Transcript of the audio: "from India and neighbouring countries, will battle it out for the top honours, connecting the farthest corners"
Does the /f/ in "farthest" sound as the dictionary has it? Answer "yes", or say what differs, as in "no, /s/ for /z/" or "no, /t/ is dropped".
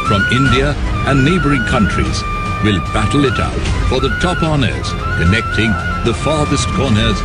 yes